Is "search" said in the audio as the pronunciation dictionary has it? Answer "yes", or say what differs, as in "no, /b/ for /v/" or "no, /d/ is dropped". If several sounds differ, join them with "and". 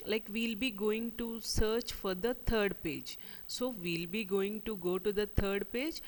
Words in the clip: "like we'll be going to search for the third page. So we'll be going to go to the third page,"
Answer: yes